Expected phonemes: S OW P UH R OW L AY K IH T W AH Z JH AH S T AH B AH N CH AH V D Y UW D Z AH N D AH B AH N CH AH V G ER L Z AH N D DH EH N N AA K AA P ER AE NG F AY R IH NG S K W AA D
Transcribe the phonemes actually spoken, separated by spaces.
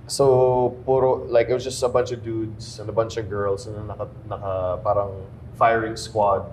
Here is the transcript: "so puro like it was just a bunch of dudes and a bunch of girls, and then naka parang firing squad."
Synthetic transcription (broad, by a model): S OW P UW R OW L AY K IH T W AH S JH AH S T AH B AH N CH AH V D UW D S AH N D AH B AH N CH AH V G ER L S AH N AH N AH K N AA K AA P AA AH NG F AY R IH NG S K W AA D